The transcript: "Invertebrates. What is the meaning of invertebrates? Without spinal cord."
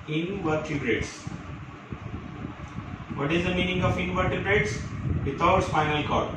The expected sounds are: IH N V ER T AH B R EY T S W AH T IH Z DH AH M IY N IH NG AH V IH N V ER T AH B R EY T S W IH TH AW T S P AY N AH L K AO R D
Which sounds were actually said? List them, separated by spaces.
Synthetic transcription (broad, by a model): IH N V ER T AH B R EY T S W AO T IH Z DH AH M IY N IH NG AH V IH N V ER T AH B R EY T S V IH T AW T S F AY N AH L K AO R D